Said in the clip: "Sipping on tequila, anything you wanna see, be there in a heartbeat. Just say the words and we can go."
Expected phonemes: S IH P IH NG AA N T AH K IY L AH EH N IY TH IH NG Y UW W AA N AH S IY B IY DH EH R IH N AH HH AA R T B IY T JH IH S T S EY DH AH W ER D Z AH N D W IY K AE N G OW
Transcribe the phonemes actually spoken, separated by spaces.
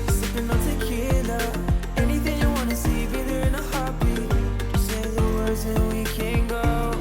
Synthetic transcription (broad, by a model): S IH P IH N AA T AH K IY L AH EH N IY TH IH NG Y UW W AA N AH S IY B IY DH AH R IH N AH HH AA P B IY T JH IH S S EY DH AH W ER D Z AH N W IY K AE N G OW